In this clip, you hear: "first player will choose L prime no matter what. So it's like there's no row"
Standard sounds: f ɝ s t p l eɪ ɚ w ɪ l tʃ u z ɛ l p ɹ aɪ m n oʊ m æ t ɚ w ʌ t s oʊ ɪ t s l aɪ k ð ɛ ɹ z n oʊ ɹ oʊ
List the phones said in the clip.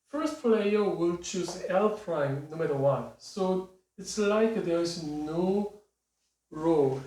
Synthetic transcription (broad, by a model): f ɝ s t p l eɪ ɚ w ɪ l tʃ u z ɛ l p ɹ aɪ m n oʊ m æ t ɚ w ʌ t s oʊ ɪ t s l aɪ k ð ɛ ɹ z n oʊ ɹ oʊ